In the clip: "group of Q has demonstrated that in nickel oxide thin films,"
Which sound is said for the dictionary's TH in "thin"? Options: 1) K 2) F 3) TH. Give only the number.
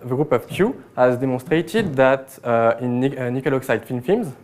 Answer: 2